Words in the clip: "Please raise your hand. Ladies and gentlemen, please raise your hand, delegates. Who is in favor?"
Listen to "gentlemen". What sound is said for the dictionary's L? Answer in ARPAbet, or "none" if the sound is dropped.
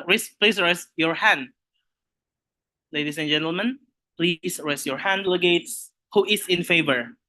L